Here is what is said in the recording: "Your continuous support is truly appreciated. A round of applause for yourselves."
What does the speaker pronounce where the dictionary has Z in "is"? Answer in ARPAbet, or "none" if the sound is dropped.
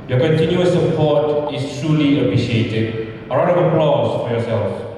S